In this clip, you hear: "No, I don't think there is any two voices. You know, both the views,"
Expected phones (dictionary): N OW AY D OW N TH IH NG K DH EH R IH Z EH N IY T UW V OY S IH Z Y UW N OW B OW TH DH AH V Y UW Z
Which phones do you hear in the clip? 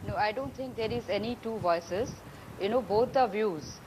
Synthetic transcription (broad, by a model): N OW AY D OW N T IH NG K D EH R IH Z EH N IY T UW V OY S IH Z Y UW N OW B OW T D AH V Y UW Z